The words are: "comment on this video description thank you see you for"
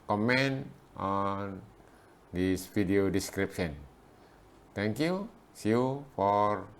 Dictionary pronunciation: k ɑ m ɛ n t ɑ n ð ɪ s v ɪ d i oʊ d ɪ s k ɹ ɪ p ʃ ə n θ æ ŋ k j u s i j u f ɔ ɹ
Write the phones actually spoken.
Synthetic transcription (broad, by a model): k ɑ m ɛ n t ɑ n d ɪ s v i d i oʊ d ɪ s k ɹ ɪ p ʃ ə n t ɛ ŋ k j u s i f ɔ ɹ